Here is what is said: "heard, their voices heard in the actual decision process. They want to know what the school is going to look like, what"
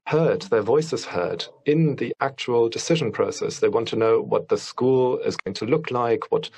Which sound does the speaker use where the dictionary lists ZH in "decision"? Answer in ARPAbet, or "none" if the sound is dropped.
ZH